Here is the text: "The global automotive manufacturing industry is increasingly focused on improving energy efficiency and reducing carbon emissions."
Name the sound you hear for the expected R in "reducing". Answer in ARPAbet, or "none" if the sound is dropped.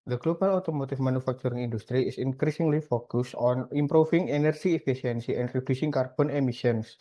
R